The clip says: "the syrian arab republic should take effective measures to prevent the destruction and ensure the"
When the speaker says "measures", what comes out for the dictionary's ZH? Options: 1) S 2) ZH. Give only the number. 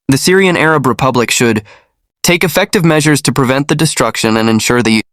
2